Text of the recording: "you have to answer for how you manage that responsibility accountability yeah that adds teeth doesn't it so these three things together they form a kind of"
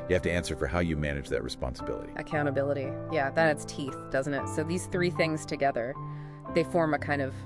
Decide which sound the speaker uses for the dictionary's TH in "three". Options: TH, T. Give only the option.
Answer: TH